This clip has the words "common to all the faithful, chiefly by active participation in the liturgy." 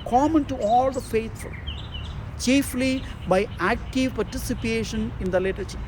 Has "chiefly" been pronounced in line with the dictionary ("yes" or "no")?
yes